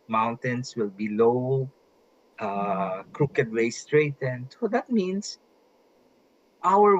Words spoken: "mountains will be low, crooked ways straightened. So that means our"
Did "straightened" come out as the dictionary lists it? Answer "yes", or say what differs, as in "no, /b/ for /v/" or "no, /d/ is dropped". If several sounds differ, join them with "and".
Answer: yes